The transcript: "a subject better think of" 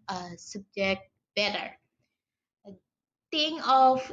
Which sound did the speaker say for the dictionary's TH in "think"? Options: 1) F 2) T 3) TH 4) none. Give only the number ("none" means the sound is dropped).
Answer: 2